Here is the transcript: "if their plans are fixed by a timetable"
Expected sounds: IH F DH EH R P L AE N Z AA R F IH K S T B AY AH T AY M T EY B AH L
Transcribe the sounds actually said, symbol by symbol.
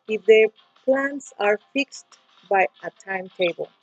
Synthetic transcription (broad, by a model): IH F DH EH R P L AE N S AA R F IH K S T B AY AH T AY M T EY B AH L